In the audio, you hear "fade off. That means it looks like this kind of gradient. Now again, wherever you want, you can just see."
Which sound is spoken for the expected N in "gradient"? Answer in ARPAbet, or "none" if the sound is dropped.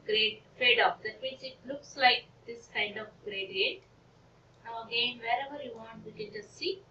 none